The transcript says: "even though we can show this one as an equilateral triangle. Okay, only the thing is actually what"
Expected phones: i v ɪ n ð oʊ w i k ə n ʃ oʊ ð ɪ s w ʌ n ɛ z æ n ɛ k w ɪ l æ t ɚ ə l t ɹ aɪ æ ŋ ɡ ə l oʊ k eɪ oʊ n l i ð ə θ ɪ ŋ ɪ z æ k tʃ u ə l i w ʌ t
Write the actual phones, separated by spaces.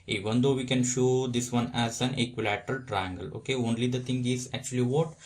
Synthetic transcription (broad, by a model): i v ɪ n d oʊ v i k ə n ʃ oʊ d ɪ s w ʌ n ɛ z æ n ɛ k w ɪ l æ t ɚ ə l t ɹ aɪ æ ŋ ɡ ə l oʊ k eɪ oʊ n l i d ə t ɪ ŋ ɪ z æ k tʃ u ə l i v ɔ t